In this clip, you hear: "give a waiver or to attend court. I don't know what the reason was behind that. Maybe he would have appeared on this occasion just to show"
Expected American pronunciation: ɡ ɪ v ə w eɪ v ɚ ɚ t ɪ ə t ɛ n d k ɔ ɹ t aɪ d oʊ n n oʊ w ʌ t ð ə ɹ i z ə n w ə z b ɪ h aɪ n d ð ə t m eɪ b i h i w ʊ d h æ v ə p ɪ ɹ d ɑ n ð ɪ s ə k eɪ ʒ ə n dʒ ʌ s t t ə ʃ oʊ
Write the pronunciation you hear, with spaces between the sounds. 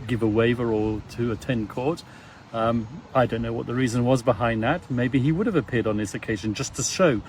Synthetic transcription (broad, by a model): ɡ ɪ v ə w eɪ v ɚ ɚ t ɪ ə t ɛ n k ɔ ɹ t aɪ d oʊ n n oʊ w ʌ t ð ə ɹ i z ə n w ə z b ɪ h aɪ n ð ə t m eɪ b i i w ʊ d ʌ v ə p ɪ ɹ d n ð ɪ s ə k eɪ ʒ ə n dʒ ʌ s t t ə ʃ oʊ